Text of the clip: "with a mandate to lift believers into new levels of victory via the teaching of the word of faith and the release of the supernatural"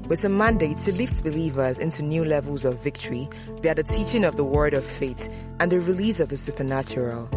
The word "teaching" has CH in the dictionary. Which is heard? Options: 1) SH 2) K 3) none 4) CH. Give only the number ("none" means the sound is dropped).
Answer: 4